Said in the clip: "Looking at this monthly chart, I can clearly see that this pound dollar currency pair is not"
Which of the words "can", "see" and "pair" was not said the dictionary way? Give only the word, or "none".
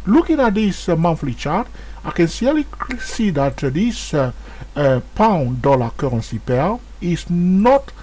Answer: pair